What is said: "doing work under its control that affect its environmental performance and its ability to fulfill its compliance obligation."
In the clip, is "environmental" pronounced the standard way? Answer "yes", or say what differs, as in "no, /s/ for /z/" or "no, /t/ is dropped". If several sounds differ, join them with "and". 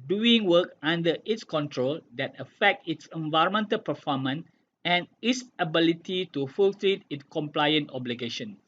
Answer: yes